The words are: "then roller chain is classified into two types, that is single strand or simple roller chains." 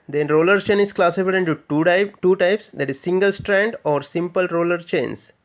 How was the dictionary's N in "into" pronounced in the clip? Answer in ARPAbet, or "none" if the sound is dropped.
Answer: none